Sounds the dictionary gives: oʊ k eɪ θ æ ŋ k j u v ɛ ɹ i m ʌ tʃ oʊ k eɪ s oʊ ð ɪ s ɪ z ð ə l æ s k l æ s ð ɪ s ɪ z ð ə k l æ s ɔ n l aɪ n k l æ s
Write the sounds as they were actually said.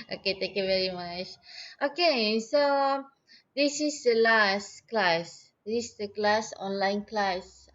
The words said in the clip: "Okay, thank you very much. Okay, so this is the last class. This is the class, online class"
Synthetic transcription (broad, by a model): oʊ k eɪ t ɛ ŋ k j u v ɛ ɹ i m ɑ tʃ oʊ k eɪ s oʊ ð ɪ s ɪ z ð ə l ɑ s k l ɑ s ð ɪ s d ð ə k l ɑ s ɔ n l aɪ n k l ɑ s